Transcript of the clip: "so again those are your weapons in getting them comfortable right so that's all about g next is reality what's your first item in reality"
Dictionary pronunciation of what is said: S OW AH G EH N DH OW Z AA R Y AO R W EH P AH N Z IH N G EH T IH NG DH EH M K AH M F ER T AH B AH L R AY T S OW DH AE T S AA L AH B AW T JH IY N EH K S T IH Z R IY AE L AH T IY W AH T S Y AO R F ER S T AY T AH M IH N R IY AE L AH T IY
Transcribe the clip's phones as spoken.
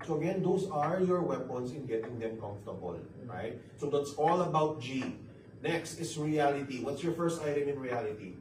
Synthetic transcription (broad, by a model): S OW AH G EH N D OW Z AA R Y AO R W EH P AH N S IH N G EH T IH NG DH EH M K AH M F T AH B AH L R AY T S OW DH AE T S AA L AH B AW T JH IY N EH K S T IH S R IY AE L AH T IY W AH T S Y AO R F ER S T AY T AH M IH N R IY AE L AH T IY